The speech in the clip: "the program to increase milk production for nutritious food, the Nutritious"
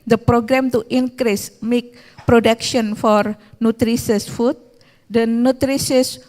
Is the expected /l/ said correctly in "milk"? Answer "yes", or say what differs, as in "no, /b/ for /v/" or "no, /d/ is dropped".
no, /l/ is dropped